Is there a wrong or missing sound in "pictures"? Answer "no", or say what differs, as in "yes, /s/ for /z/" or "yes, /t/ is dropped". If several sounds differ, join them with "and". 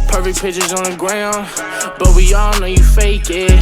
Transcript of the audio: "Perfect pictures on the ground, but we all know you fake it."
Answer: yes, /k/ is dropped